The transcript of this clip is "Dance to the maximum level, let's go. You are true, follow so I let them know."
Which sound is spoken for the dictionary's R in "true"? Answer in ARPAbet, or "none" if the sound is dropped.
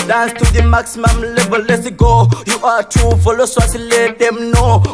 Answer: none